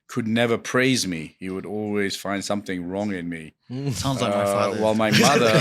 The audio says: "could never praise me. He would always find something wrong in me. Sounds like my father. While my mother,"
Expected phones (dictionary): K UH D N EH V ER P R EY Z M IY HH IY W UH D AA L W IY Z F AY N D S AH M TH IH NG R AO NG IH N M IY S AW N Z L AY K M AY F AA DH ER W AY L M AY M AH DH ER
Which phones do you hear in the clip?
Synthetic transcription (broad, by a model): K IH D N EH V ER P R EY Z M IY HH IY W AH D AA L W IY Z F AY N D S AH M TH IH NG R AO NG IH N M IY S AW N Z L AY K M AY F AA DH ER W AY L M AY M AH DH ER